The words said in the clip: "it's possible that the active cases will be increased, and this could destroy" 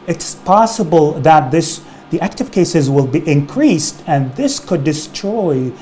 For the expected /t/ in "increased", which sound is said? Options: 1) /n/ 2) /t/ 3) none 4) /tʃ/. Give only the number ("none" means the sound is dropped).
2